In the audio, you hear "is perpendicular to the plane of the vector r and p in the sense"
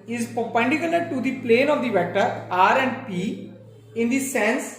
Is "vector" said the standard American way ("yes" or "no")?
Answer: yes